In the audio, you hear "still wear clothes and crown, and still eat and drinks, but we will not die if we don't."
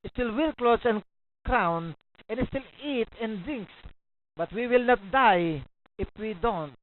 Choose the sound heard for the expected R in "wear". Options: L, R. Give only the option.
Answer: L